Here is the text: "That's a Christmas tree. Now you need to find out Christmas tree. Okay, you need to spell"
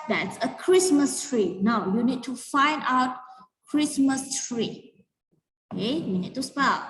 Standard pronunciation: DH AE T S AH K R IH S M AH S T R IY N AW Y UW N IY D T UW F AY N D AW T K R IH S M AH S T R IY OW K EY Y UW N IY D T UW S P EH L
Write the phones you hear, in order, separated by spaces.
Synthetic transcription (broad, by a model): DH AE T S AH K R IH S M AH S T R IY N AW Y UW N IY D T UW F AY N D AW T K R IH S M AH S T R IY OW K EY Y UW N IY D T UW S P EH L